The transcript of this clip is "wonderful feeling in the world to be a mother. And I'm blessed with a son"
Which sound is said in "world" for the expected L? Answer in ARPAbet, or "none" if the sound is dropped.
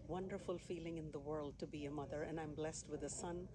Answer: L